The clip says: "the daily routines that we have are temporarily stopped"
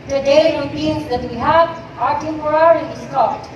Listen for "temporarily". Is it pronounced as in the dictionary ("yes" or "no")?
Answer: no